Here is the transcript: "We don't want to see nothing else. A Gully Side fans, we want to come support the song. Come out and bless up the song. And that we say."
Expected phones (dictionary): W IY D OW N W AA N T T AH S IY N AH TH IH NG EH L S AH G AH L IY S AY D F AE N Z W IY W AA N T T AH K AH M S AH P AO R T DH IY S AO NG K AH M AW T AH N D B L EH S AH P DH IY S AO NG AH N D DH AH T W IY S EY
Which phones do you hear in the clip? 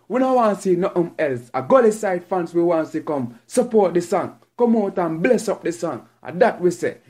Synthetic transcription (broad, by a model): W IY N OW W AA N S IY N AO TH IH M EH L S AH G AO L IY S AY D F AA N S W IY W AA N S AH K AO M S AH P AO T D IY S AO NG K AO M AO T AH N B L EH S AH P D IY S AO NG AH D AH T W IY S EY